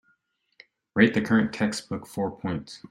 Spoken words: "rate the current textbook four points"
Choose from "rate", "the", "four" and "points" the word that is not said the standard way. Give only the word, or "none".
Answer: none